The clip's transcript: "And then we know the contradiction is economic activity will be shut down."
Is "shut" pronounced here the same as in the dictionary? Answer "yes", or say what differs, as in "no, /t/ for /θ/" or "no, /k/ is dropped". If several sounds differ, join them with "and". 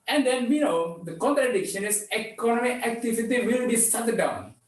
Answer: no, /s/ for /ʃ/